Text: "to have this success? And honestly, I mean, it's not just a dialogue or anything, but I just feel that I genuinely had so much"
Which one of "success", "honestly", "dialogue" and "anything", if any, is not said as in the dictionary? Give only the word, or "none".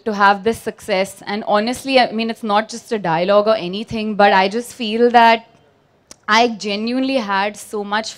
anything